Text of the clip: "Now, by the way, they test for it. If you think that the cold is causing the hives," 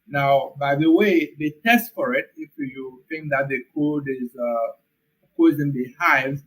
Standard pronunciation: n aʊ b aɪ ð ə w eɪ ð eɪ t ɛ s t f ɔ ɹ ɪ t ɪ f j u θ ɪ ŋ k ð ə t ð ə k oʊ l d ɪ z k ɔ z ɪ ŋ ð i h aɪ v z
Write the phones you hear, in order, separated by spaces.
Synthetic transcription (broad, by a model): n aʊ b aɪ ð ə w eɪ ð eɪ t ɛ s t f ɔ ɹ ɪ t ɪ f j u θ ɪ ŋ k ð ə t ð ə k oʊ d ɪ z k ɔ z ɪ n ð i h aɪ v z